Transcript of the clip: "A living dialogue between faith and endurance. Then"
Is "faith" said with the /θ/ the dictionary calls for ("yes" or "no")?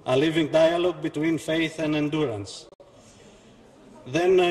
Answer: yes